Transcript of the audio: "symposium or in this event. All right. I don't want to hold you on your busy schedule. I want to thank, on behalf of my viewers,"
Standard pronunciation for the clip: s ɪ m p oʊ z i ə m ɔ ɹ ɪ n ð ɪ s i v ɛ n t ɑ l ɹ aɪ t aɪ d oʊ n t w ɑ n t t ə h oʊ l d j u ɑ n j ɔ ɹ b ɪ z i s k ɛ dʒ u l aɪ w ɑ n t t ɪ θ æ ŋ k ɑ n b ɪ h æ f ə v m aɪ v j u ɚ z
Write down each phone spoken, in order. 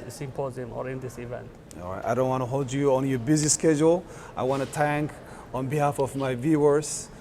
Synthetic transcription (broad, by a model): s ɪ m p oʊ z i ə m ɔ ɹ ɪ n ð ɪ s i v ɛ n t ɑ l ɹ aɪ t aɪ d oʊ n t w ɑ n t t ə h oʊ l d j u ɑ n j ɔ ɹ b ɪ z i s k ɛ dʒ u l aɪ w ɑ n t t ɪ t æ ŋ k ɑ n b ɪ h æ f ə v m aɪ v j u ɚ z